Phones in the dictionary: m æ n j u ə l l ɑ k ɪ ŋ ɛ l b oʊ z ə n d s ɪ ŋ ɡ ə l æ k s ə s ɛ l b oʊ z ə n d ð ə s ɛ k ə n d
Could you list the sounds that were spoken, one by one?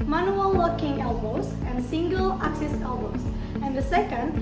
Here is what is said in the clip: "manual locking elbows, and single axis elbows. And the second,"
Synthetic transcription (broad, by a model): m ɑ n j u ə l w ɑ k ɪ ŋ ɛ l b oʊ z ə n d s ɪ ŋ ɡ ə l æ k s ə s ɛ l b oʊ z ə n d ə s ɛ k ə n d